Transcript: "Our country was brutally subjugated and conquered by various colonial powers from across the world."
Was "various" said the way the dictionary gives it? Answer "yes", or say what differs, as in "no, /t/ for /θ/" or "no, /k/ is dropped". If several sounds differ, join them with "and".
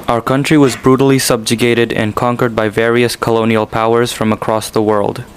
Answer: yes